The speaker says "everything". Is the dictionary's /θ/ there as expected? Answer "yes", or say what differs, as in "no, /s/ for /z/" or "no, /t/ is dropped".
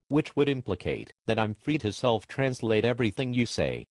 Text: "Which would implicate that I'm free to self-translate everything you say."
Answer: yes